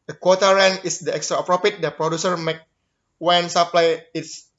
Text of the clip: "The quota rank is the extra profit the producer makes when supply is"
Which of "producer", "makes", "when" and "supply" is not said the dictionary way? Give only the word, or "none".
makes